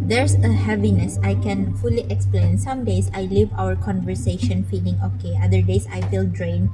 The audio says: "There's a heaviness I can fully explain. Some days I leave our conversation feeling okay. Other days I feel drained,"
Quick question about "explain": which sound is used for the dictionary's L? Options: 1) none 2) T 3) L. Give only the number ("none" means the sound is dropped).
3